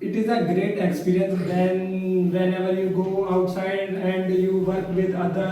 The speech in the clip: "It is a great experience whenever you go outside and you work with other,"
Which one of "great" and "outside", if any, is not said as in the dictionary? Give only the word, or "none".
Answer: none